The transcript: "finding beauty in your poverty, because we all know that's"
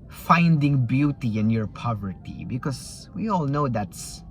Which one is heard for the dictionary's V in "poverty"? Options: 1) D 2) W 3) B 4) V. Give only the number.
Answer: 4